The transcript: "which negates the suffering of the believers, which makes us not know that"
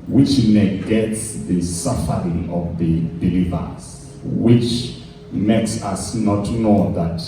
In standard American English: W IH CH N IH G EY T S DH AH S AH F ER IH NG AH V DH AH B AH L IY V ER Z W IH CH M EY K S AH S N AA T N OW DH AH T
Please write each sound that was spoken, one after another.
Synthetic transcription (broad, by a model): W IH CH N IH G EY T S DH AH S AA F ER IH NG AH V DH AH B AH L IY V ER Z W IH CH M EY K S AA S N AA T N OW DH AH T